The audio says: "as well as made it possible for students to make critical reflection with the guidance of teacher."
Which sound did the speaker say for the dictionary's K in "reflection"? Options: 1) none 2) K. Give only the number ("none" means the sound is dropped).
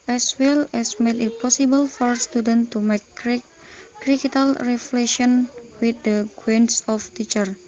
1